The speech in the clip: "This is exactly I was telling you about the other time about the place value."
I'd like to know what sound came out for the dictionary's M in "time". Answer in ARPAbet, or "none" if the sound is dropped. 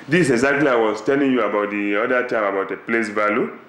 M